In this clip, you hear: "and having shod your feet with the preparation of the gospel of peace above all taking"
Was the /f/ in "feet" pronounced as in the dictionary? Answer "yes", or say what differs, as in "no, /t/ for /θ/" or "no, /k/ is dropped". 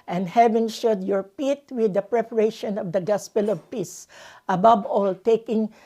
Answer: no, /p/ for /f/